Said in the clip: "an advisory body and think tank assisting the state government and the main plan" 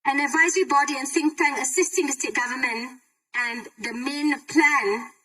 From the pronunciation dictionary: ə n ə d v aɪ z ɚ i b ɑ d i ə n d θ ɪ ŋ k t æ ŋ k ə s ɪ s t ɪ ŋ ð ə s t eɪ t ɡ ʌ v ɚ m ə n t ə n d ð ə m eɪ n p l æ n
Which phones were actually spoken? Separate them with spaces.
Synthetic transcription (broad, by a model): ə n ə d v aɪ z ɚ i b ɑ d i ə n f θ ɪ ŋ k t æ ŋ ə s ɪ s t ɪ ŋ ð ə s t eɪ t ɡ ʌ v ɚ m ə n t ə n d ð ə m eɪ n p l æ n